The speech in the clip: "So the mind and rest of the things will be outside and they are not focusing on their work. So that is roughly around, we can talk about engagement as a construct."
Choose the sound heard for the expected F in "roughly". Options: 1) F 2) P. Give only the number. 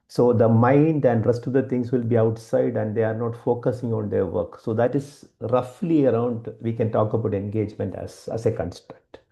1